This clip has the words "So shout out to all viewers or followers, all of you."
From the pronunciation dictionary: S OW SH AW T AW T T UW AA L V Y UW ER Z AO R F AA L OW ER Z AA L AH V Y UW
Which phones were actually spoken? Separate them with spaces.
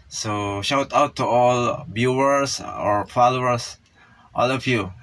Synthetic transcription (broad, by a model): S OW SH AW T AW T T UW AA L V Y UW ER S AO R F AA L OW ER S AA L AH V Y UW